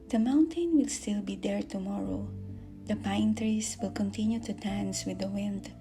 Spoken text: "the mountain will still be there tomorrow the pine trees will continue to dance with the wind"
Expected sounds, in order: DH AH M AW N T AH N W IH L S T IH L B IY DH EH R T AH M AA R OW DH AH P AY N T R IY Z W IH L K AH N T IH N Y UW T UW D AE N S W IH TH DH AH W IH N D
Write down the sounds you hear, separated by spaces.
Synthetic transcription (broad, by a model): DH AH M AW N T AH N W IH L S T IH L B IY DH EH R T AH M AA R OW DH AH P AY N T R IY S W IH L K AH N T IH N Y UW T UW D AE N S W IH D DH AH W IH N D